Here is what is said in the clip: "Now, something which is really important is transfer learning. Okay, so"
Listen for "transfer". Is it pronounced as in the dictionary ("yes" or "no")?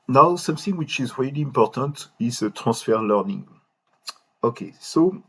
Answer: no